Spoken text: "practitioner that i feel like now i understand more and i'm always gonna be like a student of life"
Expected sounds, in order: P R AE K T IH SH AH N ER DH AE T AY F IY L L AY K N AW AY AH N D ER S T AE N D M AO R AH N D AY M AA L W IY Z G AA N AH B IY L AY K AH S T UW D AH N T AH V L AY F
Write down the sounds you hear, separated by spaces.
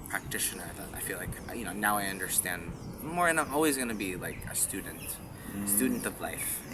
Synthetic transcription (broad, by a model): P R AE K T IH SH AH N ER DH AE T AY F IY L L AY K N AW AY AH N D ER S T AE N D M AO R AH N AY M AA L W IY Z G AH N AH B IY L AY K AH S T UW D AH N T AH V L AY F